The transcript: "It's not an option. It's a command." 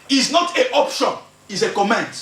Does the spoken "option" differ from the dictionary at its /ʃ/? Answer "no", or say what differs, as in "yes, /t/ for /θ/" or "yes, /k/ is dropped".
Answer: no